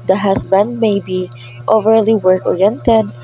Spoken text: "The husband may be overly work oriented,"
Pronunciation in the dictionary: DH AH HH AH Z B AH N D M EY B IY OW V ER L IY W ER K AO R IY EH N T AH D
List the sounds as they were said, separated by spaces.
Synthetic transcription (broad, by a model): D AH HH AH S B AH N D M EY B IY OW V ER L IY W ER K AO R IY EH N T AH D